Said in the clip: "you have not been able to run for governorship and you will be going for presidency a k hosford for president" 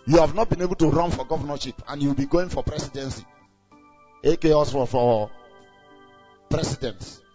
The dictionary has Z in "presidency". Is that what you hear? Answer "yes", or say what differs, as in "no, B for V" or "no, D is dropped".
no, S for Z